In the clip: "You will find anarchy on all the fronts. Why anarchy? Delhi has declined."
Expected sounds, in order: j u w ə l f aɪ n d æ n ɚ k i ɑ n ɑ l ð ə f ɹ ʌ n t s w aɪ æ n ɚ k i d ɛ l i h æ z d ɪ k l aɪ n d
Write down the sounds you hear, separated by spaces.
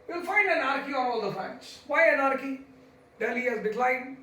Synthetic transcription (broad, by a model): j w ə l f aɪ n d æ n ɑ k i ɑ n ɑ l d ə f ʌ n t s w aɪ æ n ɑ k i d ɛ l i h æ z d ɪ k l aɪ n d